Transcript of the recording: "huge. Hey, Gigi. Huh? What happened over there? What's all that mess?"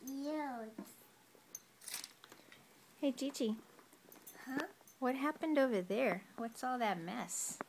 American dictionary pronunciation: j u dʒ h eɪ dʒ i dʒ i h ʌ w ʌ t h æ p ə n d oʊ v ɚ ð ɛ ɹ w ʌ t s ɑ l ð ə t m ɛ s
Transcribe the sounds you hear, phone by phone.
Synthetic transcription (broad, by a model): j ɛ h eɪ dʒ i tʃ i h ʌ w ʌ t h æ p ə n d oʊ v ɚ ð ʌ ɹ w ʌ t s ɑ l ð ə t m ɛ s